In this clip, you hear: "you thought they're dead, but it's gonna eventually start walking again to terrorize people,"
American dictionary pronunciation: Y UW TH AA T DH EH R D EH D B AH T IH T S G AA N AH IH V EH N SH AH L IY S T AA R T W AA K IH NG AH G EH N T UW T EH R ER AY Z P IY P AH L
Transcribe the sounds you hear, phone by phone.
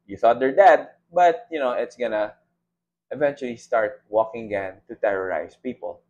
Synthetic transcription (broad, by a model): Y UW TH AA T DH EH R D EH D B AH T IH T S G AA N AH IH V EH N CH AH L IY S T AA R T W AA K IH NG AH G EH N T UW T EH R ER AY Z P IY P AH L